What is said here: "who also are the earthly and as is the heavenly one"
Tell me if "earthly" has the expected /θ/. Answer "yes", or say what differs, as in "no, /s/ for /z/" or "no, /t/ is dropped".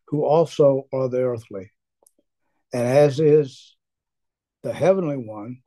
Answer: yes